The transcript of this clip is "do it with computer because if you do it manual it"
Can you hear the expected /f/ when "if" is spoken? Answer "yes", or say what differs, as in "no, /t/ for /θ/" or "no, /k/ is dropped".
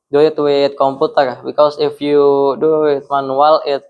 yes